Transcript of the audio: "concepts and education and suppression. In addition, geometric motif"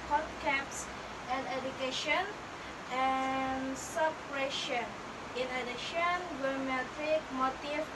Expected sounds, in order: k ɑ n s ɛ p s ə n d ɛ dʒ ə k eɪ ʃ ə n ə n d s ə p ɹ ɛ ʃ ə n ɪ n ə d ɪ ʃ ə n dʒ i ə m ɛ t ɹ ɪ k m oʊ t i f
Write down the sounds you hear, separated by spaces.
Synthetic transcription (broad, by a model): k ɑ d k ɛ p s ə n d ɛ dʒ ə k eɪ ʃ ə n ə n s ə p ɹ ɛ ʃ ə n ɪ n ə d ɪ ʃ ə n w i m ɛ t ɪ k m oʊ t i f